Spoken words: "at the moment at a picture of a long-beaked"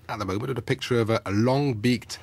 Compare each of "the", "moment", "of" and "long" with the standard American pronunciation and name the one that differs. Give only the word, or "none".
none